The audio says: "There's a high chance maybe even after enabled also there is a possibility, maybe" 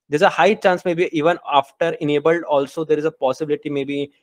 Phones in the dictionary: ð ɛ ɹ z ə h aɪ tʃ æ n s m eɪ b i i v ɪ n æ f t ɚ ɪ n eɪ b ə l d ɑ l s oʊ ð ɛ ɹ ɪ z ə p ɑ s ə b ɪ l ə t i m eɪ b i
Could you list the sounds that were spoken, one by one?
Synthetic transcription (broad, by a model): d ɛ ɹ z ə h aɪ tʃ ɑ n s m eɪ b i i v ɪ n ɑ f t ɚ ɪ n eɪ b ə l d ɑ l s oʊ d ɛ ɹ ɪ z ə p ɑ s ə b ɪ l ə t i m eɪ b i